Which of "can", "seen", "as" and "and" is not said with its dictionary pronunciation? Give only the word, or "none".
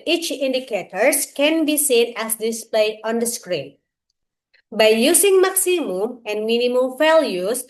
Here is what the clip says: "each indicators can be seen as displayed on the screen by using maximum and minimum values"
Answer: as